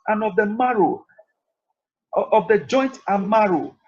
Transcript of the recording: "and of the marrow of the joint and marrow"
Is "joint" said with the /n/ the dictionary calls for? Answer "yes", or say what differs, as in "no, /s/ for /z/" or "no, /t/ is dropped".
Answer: yes